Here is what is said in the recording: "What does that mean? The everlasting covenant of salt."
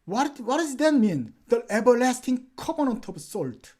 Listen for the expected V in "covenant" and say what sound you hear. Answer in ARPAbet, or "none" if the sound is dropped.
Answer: P